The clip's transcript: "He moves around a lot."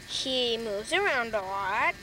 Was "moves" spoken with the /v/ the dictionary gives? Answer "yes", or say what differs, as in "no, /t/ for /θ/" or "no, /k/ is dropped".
yes